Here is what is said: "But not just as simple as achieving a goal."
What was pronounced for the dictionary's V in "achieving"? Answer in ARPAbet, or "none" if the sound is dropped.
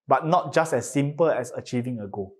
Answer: V